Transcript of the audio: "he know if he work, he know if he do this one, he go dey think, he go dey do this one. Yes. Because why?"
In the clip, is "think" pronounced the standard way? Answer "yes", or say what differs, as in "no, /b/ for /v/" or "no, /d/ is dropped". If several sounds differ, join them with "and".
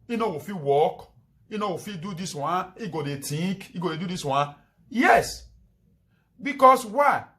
no, /t/ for /θ/